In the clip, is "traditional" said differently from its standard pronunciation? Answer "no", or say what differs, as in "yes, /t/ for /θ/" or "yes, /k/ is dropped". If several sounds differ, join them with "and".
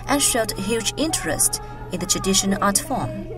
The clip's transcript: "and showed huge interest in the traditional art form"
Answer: yes, /n/ is dropped and /n/ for /l/